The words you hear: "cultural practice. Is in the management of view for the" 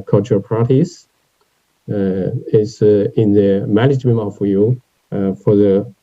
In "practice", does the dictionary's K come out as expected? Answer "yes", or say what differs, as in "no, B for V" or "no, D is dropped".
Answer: no, K is dropped